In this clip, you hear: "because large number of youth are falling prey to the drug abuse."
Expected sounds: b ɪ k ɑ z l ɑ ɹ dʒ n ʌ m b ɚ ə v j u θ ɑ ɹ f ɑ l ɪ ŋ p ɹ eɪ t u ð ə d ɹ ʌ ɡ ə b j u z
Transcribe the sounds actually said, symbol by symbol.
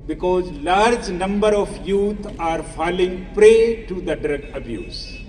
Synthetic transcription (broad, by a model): b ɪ k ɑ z l ɑ ɹ dʒ n ʌ m b ɚ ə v j u t ɑ ɹ f ɑ l ɪ ŋ p ɹ eɪ t u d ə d ɹ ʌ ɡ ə b j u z